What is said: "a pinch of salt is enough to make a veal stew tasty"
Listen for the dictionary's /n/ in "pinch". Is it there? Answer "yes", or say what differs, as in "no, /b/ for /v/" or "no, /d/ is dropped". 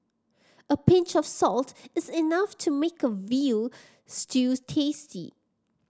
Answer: yes